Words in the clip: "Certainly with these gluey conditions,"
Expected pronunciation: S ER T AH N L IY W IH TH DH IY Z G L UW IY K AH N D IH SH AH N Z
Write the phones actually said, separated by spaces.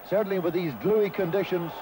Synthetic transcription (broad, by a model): S ER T N L IY W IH DH IY Z G L UW IY K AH N D IH SH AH N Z